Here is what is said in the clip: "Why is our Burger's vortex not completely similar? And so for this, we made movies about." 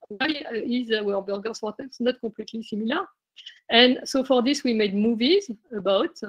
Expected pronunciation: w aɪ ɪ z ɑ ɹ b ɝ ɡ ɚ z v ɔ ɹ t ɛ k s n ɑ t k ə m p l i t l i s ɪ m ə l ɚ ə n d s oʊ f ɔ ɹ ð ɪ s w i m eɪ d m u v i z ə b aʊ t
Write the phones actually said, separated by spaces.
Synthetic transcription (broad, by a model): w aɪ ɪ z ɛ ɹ b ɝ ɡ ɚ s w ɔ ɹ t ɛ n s n ɑ t k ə p l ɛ t l i s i m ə l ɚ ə n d s oʊ f ɔ ɹ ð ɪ s w i m eɪ d m u v i z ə b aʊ t